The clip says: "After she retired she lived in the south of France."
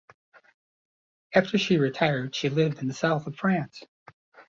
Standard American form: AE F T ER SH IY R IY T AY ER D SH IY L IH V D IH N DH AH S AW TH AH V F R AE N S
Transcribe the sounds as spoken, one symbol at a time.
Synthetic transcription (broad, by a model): AE F T ER SH IY R IY T AY ER D SH IY L IH V D IH N DH AH S AW TH AH V F R AE N S